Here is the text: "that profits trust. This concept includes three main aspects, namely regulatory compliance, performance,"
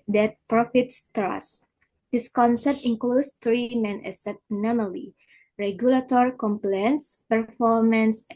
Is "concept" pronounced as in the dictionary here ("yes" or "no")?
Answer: yes